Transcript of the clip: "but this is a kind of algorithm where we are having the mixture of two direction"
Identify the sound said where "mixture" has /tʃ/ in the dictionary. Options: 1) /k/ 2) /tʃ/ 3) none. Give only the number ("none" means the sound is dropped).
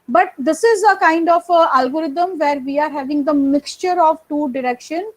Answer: 2